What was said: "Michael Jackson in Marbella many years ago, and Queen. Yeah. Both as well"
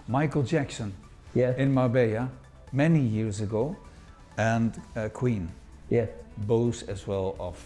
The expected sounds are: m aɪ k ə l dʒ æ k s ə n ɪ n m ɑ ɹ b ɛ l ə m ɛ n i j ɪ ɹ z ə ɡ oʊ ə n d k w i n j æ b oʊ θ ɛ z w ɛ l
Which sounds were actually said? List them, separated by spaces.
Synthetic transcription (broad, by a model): m aɪ k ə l dʒ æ k s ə n ɪ n m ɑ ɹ b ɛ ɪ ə m ɛ n i j ɪ ɹ z ə ɡ oʊ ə n k w i n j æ b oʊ s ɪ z w ɛ l